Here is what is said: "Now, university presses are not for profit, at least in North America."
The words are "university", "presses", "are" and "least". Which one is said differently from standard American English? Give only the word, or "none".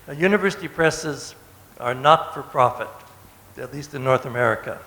none